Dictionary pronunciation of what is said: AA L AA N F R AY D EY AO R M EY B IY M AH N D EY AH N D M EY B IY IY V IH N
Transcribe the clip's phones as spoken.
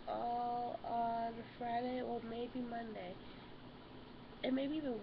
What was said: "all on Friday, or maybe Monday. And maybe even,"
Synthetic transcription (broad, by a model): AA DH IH F R AY D EY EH L M EY B IY M AH N D EY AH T M EY B IY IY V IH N